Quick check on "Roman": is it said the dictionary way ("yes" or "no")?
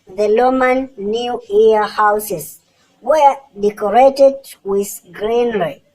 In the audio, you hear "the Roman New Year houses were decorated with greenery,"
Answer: no